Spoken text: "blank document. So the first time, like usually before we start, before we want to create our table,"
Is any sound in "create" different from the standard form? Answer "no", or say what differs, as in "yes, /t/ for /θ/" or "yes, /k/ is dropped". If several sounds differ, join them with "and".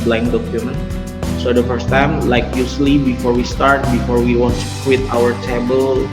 yes, /w/ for /ɹ/